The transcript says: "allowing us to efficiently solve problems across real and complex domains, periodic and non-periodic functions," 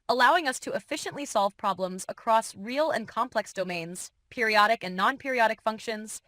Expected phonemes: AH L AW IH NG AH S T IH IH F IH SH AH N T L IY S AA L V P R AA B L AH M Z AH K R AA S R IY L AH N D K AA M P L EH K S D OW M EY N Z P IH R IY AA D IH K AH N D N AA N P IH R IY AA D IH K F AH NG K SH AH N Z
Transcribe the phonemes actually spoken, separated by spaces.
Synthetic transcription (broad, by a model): AH L AW IH NG AH S T IH IH F IH SH AH N T L IY S AA L V P R AA B L AH M Z AH K R AA S R IY L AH N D K AA M P L EH K S D OW M EY N Z P IH R IY AA D IH K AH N N AA N P IH R IY AA D IH K F AH NG K SH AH N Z